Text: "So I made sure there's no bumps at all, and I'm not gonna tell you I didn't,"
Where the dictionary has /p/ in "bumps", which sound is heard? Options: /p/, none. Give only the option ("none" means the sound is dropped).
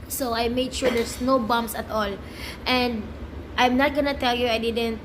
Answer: none